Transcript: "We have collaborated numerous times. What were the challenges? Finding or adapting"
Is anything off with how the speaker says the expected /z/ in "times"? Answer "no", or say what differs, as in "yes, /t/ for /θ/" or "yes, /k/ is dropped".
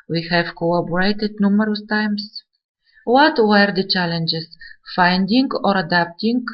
yes, /s/ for /z/